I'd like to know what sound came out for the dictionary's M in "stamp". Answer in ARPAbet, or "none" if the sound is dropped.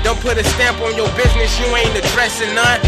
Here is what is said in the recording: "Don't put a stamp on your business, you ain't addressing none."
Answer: M